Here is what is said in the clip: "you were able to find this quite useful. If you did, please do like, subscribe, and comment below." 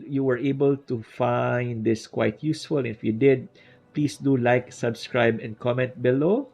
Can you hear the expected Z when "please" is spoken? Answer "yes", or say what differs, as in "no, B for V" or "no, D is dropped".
no, S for Z